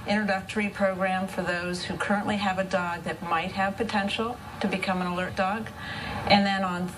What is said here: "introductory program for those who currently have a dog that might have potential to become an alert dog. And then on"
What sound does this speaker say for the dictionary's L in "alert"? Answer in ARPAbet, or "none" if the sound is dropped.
L